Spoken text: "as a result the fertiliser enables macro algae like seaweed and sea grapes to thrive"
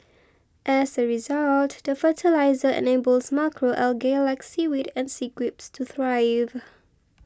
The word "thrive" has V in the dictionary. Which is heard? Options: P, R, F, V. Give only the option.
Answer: V